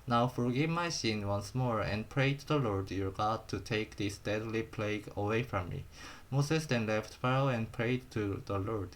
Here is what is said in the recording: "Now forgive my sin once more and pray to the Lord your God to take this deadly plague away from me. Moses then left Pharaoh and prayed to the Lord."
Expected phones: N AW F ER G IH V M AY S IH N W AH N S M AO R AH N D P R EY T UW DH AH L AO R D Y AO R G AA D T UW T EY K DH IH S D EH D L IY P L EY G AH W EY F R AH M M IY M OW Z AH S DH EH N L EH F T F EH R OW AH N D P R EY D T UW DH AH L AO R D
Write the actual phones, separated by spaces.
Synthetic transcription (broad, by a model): N AW F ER G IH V M AY S IH N W AH N S M AO R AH N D P R EY T UW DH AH L AO R D Y AO R G AA D T UW T EY K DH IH S D EH D L IY P L EY G AH W EY F R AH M M IY M OW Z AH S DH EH N L EH F T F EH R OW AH N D P R EY D T UW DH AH L AO R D